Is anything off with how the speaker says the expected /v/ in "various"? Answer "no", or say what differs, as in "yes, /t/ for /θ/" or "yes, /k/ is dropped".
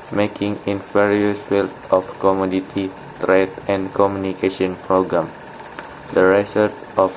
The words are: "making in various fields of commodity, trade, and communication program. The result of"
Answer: yes, /f/ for /v/